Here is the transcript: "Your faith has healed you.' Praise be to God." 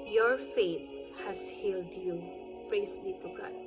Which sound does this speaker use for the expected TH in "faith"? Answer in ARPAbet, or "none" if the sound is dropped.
T